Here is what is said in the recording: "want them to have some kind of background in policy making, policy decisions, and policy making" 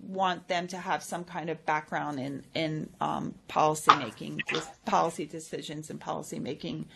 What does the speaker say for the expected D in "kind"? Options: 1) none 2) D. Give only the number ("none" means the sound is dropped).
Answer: 2